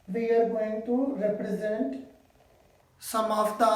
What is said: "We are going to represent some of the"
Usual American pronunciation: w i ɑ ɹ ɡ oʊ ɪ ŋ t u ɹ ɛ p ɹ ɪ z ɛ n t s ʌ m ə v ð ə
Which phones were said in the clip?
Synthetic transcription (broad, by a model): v i ɑ ɹ ɡ oʊ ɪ ŋ t u ɹ ɛ p ɹ ɪ z ɛ n t s ʌ m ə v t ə